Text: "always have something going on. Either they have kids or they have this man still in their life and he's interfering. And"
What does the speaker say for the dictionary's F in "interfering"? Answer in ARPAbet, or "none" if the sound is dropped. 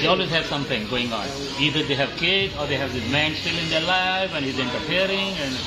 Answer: P